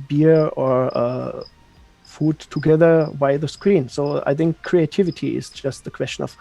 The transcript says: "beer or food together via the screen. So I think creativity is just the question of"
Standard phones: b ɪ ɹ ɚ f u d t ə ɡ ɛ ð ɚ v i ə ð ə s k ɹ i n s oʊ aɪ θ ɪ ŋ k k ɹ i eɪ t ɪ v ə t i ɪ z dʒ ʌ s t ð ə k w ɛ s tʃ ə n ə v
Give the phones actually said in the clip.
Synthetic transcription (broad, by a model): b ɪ ɹ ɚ f u d t ə ɡ ɛ ð ɚ b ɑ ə ð ə s k ɹ i n s oʊ aɪ θ ɪ ŋ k k ɹ i eɪ t ɪ v ə t i ɪ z dʒ ʌ s t ð ə k w ɛ s tʃ ə n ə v